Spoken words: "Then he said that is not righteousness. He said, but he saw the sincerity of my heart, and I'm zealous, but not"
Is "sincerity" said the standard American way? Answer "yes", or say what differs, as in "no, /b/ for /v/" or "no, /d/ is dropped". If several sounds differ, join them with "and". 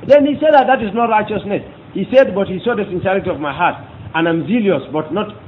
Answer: yes